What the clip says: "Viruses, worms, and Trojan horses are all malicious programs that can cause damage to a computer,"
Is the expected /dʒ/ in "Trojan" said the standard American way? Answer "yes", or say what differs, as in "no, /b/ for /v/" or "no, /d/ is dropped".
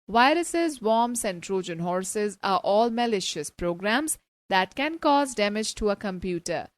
yes